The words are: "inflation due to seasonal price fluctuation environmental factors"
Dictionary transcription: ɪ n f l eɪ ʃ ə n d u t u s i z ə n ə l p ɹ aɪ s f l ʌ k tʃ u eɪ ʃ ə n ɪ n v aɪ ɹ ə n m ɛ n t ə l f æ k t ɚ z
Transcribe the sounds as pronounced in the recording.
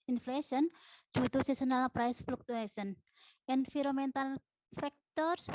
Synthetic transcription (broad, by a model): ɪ n f l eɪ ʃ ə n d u t u s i s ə n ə l p ɹ aɪ s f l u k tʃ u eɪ s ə n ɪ n f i ɹ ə m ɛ n t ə l f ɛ k t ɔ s